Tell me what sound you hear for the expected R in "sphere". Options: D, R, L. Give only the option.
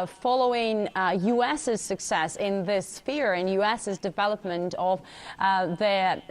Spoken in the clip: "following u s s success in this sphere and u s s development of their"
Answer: R